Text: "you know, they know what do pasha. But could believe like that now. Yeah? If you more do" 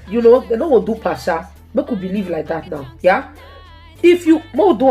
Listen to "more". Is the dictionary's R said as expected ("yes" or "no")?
no